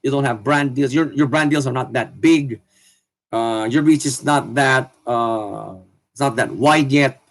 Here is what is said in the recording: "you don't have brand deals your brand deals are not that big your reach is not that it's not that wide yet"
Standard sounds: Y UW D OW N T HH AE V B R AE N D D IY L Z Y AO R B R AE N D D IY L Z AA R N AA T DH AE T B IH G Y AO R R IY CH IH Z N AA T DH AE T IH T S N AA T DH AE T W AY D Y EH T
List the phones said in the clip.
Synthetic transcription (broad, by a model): Y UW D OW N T HH AE V B R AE N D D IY L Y Y AO R B R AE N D D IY L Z AA R N AA T DH AE T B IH G Y AO R R IY CH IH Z N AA T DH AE T IH T S N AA T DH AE T W AY D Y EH T